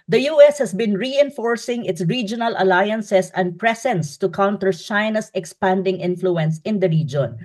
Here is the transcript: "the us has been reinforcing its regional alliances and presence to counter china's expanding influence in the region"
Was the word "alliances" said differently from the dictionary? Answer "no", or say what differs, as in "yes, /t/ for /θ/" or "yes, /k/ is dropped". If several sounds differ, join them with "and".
yes, /s/ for /z/